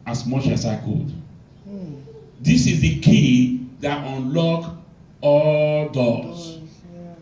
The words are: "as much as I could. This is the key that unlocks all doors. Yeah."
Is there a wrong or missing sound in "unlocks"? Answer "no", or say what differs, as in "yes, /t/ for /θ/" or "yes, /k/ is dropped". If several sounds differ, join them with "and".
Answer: yes, /s/ is dropped